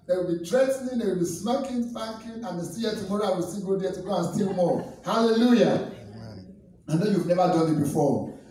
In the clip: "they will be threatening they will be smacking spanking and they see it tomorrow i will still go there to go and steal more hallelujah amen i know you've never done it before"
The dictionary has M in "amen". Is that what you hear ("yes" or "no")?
no